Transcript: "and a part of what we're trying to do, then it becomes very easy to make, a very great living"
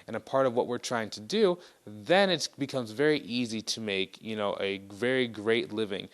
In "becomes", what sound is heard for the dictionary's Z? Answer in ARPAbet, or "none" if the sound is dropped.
Z